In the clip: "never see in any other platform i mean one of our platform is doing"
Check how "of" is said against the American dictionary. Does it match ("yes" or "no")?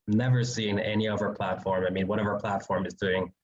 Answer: yes